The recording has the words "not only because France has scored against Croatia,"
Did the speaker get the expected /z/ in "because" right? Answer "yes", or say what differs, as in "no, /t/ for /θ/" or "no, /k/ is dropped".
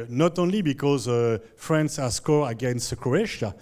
yes